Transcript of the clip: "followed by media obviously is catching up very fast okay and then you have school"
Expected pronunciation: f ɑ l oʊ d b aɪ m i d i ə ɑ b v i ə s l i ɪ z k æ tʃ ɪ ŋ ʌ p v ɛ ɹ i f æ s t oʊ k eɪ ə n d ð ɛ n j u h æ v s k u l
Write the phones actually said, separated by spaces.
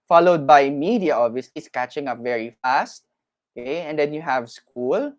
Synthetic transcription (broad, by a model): f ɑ l oʊ d b aɪ m i d i ə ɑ v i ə s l i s k æ tʃ ɪ ŋ ʌ p v ɛ ɹ i f æ s t oʊ k eɪ ə n d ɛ n j u h æ v s k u l